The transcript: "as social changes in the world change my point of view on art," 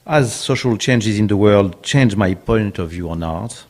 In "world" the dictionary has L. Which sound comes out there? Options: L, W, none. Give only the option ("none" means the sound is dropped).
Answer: L